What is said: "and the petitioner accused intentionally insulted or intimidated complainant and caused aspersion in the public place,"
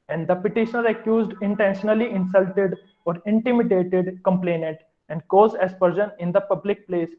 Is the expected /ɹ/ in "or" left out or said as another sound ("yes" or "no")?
no